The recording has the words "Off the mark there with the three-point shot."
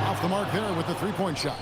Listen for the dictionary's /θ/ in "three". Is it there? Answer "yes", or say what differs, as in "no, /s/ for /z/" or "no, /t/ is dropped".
yes